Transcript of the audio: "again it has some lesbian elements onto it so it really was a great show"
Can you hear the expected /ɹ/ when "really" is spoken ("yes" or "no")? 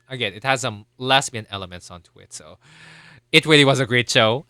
no